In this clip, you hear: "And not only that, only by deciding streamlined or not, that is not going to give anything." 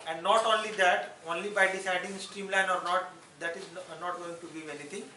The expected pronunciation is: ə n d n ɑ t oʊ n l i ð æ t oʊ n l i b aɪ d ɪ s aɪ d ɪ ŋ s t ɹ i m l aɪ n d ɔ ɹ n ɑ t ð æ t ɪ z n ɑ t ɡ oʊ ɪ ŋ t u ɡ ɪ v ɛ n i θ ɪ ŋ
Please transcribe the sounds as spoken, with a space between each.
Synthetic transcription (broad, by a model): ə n d n ɑ t oʊ n l i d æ t oʊ n l i b aɪ d ɪ s aɪ d ɪ ŋ s t ɹ i m l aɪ n ɔ ɹ n ɑ t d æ t ɪ z n ɑ t ɡ oʊ ɪ ŋ t u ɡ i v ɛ n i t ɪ ŋ